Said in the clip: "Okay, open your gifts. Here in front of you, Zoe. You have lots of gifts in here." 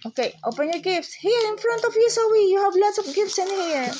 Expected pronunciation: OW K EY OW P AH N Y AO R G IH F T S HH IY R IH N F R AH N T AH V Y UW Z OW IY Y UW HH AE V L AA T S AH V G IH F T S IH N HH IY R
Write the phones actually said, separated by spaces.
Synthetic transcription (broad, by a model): OW K EY OW P AH N Y AO R G IH F T S HH IY R IH N F R AH N T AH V Y UW S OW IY Y UW HH AE V L AA T S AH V G IH F T S IH N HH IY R